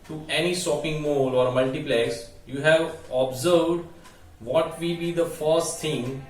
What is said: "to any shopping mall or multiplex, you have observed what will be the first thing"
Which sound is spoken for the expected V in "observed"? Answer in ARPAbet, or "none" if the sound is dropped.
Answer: V